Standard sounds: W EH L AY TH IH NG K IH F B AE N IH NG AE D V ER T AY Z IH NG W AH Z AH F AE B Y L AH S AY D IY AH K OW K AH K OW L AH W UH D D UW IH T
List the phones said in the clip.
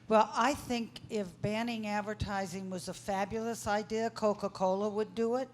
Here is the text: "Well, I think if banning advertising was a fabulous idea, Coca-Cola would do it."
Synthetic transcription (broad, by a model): W EH L AY TH IH NG K IH F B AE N IH NG AE D V ER T AY Z IH NG W AH Z AH F AE B Y L AH S AY D IY AH K OW K AH K OW L AH W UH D D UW IH T